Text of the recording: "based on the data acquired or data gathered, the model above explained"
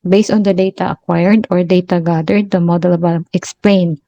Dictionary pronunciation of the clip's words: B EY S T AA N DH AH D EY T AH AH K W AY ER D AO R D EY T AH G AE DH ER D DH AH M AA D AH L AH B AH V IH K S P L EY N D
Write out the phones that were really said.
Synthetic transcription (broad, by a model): B EY S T AA N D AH D EY T AH AH K W AY ER D AO R D EY T AH G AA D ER D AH M AA D AH L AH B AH IH K S P L EY N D